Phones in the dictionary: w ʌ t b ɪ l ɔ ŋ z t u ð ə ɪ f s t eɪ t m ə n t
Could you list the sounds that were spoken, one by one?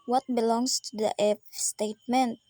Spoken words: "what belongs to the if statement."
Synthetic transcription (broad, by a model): w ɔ t b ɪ l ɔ ŋ s t u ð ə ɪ p s t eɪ t m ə n t